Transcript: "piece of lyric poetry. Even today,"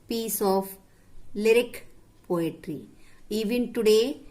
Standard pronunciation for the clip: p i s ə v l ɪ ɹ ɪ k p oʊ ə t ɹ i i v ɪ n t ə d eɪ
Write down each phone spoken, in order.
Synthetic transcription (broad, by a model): p i s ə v l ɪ ɹ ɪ k p oʊ ə t ɹ i i v ɪ n t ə d eɪ